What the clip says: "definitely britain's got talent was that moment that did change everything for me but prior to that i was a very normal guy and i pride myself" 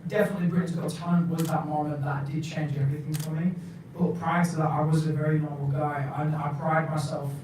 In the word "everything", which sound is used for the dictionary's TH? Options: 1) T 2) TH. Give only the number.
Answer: 2